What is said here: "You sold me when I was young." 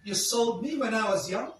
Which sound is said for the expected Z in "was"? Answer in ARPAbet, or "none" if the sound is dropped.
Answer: Z